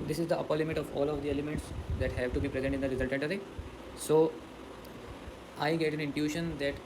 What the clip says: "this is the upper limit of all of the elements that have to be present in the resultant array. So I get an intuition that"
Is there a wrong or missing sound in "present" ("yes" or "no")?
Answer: no